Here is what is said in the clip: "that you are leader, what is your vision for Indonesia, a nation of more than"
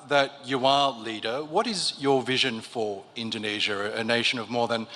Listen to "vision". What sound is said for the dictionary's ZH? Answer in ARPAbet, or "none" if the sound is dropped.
ZH